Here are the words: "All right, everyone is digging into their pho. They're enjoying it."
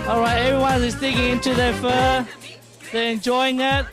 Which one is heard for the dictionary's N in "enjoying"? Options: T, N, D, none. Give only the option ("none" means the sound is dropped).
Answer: N